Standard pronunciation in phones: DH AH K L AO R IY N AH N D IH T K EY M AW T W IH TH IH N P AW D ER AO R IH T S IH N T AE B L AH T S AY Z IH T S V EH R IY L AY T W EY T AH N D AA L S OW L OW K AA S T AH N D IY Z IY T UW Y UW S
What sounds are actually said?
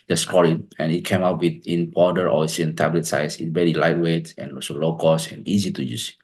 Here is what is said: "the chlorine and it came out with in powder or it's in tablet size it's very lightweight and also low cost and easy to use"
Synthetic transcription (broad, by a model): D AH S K AO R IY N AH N IH T K EY M AW T W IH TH IH N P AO D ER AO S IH IH N T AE B L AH T S AY S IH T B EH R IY L AY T W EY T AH N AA S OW L OW K AA S AH N IY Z IY T UW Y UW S